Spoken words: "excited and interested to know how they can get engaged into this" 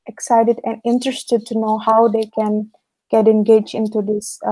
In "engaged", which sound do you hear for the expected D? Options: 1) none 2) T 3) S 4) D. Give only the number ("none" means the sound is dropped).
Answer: 1